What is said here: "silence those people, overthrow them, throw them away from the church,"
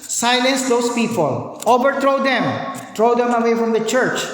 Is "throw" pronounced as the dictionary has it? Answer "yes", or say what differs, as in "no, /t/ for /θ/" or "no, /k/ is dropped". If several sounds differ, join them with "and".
no, /t/ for /θ/